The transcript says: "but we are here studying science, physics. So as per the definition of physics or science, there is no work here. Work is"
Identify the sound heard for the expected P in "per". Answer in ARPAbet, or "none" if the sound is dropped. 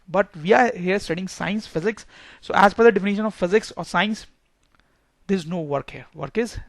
F